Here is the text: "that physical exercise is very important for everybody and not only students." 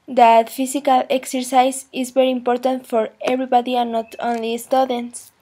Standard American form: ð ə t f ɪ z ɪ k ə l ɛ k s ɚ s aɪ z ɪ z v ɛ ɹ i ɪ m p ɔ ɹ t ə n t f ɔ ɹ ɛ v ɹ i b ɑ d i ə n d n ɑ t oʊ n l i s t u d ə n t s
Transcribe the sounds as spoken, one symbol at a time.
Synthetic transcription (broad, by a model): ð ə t f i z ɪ k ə l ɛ k s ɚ s aɪ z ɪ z b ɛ ɹ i ɪ m p ɔ ɹ t ə n t f ɔ ɹ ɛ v ɹ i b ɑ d i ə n n ɑ t oʊ n l i s t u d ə n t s